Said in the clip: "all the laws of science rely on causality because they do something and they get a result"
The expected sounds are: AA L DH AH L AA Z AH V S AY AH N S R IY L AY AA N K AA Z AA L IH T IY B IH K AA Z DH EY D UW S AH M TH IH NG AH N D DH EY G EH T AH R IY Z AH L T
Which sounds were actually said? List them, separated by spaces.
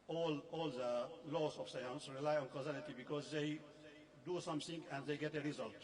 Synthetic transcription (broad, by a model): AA L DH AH L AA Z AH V S AY AH N S R IY L AY AA N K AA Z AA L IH T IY B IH K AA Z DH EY D UW S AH M T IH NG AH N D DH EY G EH T AH R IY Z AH L T